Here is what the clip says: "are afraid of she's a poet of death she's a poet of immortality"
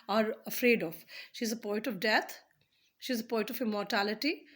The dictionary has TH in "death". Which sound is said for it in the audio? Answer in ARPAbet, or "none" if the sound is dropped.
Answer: T